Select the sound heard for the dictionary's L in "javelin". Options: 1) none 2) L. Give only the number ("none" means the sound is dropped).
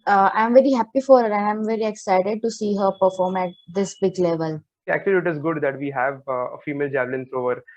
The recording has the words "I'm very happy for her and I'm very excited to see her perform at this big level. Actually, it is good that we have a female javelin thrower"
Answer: 2